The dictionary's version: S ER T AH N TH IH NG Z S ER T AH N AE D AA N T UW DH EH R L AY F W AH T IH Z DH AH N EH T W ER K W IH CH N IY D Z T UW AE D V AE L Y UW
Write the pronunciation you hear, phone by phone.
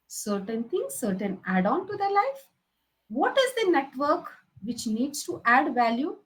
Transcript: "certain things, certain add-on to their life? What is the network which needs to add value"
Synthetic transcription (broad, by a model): S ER T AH N T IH NG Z S ER T AH N AE D AA N T UW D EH R L AY F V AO T IH Z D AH N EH T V ER K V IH CH N IY D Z T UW AE D V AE L Y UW